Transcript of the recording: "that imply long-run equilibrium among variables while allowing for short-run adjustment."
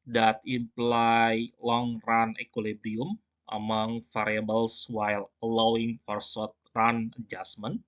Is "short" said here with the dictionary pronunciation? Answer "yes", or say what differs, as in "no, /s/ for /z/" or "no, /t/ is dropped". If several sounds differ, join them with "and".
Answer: no, /s/ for /ʃ/